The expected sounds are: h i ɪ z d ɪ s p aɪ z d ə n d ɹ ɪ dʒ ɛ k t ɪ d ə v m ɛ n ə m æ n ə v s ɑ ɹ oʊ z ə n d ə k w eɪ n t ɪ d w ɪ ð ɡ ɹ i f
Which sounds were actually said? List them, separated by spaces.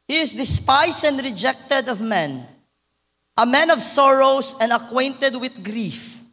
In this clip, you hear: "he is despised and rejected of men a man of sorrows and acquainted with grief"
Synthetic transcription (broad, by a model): h i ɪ s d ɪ s p aɪ s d ə n d ɹ ɪ dʒ ɛ k t ɪ d ə v m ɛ n ə m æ n ə v s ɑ ɹ oʊ s ə n d ə k w eɪ n t ɪ d w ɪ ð ɡ ɹ i f